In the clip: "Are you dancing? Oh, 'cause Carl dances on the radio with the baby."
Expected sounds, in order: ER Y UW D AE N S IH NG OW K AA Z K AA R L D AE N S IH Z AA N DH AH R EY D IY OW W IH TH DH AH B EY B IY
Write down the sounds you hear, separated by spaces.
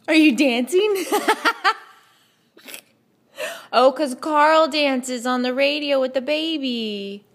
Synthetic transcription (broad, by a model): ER Y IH D AE N S IH NG OW K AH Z K AA R L D AE N S IH Z N DH AH R EY D IY OW W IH DH AH B EY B IY